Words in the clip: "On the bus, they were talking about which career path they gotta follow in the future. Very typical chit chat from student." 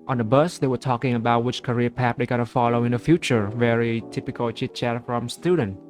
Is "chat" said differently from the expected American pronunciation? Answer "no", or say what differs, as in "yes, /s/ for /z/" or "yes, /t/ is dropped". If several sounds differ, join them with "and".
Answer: no